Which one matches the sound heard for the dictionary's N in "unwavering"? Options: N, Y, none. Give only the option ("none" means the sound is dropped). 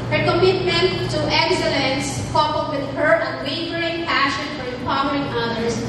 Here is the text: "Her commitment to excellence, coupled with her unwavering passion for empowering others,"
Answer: none